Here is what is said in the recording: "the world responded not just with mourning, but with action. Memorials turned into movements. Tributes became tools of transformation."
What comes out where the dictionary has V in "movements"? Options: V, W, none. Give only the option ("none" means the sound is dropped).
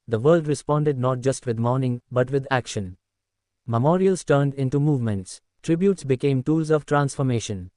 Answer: V